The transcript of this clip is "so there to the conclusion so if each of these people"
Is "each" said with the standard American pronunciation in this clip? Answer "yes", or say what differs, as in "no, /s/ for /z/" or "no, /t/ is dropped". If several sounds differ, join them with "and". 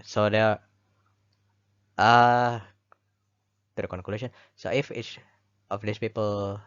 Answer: no, /s/ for /tʃ/